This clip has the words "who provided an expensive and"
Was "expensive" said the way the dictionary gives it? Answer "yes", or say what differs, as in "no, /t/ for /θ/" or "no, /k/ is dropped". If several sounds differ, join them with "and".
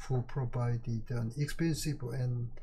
no, /b/ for /v/